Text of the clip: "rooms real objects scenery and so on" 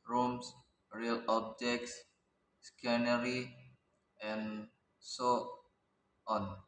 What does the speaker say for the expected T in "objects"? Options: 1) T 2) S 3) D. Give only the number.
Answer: 2